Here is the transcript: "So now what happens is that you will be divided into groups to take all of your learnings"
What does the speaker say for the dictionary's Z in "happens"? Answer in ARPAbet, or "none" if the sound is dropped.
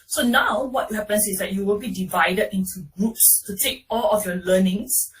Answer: S